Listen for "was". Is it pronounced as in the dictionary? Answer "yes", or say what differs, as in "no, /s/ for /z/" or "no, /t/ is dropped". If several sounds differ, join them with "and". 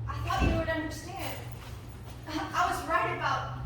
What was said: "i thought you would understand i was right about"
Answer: yes